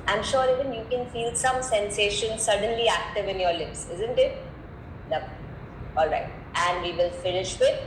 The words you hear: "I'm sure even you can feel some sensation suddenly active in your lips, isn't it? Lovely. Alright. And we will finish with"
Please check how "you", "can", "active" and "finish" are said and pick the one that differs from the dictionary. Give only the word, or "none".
none